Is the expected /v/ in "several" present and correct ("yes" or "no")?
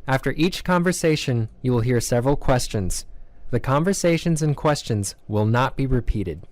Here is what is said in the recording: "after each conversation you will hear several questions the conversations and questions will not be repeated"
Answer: yes